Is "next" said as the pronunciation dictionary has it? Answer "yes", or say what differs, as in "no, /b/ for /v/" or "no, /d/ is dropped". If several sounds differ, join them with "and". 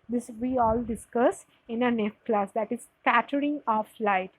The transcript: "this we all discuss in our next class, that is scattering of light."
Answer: no, /s/ is dropped